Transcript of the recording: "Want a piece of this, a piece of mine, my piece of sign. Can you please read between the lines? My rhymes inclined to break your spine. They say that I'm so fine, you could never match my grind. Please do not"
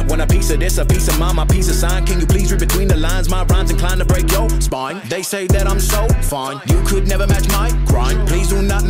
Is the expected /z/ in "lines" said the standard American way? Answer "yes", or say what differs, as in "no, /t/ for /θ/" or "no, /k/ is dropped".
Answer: yes